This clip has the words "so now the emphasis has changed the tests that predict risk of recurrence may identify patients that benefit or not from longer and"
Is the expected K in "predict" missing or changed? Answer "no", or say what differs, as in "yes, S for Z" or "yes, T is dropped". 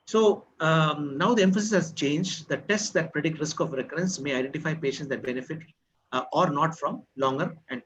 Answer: no